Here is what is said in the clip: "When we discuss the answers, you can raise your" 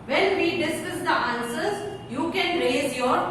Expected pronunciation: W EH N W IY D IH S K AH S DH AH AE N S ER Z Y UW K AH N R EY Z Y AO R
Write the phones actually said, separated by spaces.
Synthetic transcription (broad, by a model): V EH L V IY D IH S IH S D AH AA N S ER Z Y UW K AH N R EY Z Y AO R